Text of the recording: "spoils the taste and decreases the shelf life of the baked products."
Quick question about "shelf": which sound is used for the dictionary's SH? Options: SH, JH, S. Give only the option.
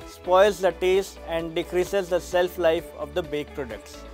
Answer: S